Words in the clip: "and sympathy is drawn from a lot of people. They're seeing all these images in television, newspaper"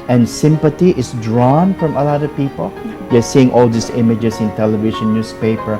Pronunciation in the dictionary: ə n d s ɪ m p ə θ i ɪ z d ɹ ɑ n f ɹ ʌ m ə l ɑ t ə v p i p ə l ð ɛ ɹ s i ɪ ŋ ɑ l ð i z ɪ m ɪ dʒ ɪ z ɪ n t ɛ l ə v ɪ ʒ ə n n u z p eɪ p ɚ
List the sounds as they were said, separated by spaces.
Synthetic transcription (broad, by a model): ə n s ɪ m p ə t i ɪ s d ɹ ɑ n f ɹ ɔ m ə l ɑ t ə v p i p ə l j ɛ s i ɪ ŋ ɑ l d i s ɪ m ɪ dʒ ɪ s ɪ n t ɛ l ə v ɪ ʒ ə n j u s p eɪ p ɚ